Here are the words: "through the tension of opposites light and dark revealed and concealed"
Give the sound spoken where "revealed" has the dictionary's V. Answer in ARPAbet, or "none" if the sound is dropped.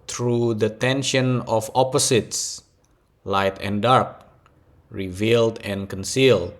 V